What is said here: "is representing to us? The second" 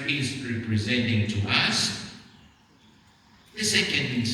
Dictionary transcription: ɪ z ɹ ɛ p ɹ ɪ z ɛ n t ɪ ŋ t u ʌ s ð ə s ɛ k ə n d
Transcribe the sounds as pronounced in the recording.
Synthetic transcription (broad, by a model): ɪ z ɹ ɛ p ɹ ɪ z ɛ n t ɪ ŋ t u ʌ s ð ə s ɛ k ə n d